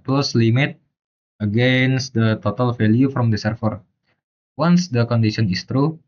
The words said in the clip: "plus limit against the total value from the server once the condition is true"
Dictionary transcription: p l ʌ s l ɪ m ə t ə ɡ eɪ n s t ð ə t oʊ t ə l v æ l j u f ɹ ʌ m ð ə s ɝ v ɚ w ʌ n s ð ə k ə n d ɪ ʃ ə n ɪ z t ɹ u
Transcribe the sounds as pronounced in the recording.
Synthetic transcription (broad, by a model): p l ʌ s l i m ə t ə ɡ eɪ n s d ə t oʊ t ə l f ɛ l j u f ɹ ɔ m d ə s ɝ f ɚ w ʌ n s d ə k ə n d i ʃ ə n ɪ s t ɹ u